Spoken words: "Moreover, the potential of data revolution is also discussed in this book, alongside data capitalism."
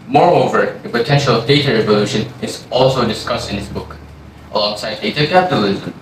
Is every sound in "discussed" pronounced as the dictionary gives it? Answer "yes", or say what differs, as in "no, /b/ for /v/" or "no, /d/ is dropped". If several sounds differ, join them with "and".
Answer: yes